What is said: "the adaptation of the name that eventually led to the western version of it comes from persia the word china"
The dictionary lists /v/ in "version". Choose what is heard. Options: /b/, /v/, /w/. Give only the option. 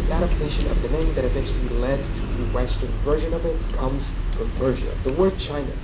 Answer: /v/